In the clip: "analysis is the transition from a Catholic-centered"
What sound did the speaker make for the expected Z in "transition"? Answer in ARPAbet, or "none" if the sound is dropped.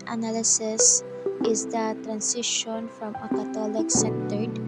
S